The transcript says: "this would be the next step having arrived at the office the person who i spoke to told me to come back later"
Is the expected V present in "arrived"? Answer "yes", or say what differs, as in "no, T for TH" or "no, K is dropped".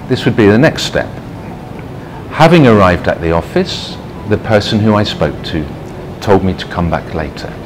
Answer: yes